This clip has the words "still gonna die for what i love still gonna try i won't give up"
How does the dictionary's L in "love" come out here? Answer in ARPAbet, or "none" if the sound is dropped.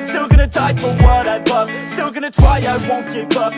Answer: W